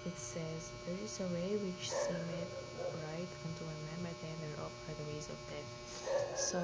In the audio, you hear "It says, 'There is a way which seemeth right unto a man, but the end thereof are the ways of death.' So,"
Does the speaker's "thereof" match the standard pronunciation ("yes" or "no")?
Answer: no